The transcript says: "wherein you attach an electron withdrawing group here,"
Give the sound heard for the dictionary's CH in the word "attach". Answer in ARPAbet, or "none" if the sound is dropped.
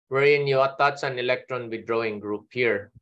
S